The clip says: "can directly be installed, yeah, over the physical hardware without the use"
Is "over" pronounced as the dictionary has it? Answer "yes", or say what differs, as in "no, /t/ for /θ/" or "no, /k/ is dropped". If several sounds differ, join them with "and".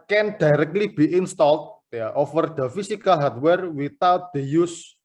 no, /f/ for /v/